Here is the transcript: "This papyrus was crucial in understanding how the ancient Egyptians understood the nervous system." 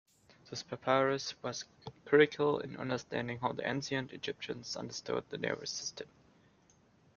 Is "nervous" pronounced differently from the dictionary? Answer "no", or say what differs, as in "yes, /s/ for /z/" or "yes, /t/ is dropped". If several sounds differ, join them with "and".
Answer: yes, /v/ is dropped